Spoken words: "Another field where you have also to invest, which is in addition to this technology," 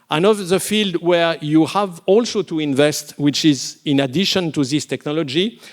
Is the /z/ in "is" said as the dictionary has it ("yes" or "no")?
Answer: yes